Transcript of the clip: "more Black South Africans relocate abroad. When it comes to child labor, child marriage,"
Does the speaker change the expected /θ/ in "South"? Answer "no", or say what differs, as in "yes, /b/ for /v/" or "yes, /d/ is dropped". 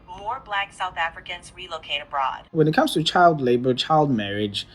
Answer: no